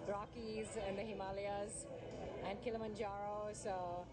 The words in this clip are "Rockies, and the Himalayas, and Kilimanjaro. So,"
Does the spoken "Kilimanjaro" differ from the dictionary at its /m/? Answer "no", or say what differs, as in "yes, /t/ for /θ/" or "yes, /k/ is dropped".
no